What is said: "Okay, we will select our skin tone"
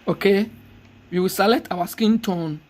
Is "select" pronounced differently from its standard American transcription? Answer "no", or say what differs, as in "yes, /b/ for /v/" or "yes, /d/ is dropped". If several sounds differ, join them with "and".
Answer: yes, /k/ is dropped